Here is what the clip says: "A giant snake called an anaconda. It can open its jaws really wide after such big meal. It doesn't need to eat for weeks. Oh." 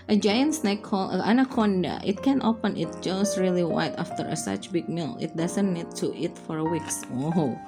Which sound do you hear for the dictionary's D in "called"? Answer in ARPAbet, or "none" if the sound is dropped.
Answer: none